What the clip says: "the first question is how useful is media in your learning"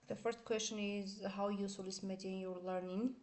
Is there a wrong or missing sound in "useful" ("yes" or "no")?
yes